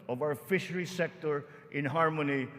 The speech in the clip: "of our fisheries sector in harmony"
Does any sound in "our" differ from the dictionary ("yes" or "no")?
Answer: yes